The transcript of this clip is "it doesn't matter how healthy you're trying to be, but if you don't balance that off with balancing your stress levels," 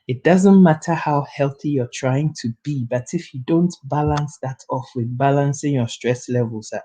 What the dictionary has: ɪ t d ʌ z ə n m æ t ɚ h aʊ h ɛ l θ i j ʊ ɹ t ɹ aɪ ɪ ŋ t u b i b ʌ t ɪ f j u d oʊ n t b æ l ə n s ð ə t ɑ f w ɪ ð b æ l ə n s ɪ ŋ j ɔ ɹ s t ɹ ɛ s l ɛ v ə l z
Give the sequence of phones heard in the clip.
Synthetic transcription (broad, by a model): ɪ t d ʌ z ə n m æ t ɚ h aʊ h ɛ l θ i j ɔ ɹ t ɹ aɪ ɪ ŋ t u b i b ʌ t ɪ f j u d oʊ n t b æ l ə n s ð ə t ɑ f w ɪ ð b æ l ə n s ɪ ŋ j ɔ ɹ s t ɹ ɛ s l ɛ v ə l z